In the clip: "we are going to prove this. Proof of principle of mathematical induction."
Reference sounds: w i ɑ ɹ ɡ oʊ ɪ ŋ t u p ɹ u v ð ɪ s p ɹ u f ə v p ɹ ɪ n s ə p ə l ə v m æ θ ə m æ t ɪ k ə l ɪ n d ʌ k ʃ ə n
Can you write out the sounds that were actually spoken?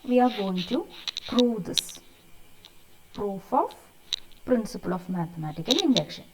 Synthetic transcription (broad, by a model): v i ɑ ɹ ɡ oʊ ɪ ŋ t u p ɹ u v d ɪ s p ɹ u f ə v p ɹ ɪ n s ə p ə l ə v m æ t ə m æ t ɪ k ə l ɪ n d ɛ k ʃ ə n